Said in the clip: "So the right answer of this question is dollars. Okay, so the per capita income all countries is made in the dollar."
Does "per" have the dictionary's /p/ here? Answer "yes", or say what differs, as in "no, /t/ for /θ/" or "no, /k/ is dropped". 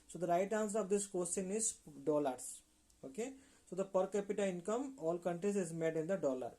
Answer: yes